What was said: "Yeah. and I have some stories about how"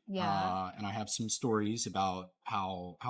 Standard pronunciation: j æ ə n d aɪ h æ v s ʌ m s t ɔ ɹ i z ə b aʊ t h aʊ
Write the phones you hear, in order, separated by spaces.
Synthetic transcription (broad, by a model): j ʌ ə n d aɪ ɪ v s ʌ m s t ɔ ɹ i z ə b aʊ t h aʊ